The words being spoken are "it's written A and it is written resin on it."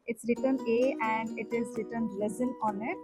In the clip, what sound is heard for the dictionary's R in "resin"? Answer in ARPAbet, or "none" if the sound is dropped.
L